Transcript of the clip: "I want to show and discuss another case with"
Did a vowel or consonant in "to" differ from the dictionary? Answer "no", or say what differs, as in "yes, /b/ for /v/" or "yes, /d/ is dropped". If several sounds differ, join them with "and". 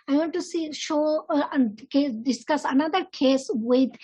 yes, /s/ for /t/